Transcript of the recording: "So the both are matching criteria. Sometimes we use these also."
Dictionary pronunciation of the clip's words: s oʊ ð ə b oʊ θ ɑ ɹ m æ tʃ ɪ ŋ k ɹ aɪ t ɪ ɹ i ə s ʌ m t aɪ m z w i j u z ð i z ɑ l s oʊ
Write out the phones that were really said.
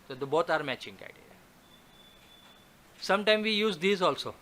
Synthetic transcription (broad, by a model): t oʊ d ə b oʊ s ɑ ɹ m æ tʃ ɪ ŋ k aɪ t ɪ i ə s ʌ m t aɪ m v i j u z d i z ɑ l s oʊ